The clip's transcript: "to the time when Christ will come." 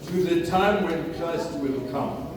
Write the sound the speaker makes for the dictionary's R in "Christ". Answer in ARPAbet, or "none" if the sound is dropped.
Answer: L